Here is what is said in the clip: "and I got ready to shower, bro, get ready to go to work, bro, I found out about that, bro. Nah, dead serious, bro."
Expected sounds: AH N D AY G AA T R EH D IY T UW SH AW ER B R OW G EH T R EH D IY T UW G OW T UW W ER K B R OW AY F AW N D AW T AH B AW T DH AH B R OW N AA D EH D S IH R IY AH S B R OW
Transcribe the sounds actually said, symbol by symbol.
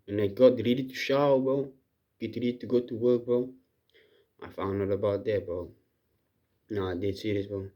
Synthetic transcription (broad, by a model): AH N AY G AA T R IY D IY T UW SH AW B OW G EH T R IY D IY T UW G OW T UW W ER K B OW AY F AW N AO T AH B AW T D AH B OW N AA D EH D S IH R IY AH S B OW